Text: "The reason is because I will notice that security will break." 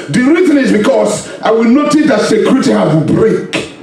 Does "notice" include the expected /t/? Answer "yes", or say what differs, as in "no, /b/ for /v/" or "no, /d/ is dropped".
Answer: yes